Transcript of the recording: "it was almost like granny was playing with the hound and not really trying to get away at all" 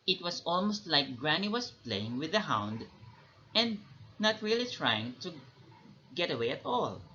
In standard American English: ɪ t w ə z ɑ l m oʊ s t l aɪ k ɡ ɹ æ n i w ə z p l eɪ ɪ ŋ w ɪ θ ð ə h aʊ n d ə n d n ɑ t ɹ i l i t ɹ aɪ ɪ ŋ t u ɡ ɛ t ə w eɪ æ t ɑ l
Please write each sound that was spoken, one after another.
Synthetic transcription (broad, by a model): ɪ t w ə s ɑ l m oʊ s t l aɪ k ɡ ɹ æ n i w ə s p l eɪ ɪ ŋ w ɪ ð ə h aʊ n d ə n d n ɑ t ɹ i l i t ɹ aɪ ɪ ŋ t u ɡ ɛ t ə w eɪ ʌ t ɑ l